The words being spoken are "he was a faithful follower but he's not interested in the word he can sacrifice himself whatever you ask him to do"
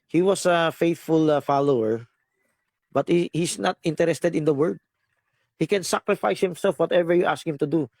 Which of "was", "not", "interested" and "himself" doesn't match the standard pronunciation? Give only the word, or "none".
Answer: was